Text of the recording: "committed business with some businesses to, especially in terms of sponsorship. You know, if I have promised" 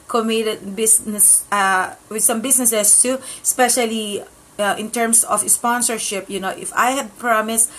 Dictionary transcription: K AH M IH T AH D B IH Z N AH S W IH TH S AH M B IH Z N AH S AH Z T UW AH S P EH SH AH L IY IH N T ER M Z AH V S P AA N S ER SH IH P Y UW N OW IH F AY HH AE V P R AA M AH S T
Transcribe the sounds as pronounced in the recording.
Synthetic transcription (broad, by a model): K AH M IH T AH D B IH S N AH S W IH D S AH M B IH S N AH S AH S T UW AH S P EH SH AH L IY IH N T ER M S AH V S P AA N S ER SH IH P Y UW N OW IH F AY HH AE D P R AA M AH S